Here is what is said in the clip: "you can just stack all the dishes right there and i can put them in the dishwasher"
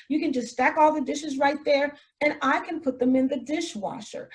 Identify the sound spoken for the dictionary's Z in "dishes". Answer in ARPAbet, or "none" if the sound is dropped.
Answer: Z